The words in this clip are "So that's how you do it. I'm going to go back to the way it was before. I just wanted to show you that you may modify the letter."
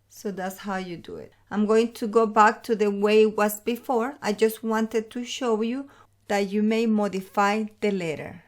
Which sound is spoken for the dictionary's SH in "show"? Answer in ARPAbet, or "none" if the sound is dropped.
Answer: SH